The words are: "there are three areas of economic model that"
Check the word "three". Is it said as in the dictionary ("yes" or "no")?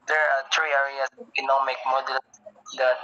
no